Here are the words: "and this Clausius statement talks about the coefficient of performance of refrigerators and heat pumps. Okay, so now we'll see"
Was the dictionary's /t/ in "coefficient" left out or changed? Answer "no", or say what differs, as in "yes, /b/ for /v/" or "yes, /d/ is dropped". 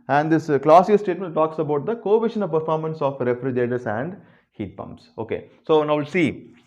yes, /t/ is dropped